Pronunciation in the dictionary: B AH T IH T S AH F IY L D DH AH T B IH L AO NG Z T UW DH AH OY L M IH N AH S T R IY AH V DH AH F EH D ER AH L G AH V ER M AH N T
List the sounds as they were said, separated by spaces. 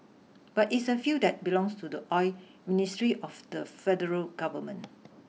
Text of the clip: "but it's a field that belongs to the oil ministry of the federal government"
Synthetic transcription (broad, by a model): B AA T IH T S AH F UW D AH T B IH L AO NG S T UW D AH OY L M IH N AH S T R IY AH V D AH F EH D ER AH L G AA V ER M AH N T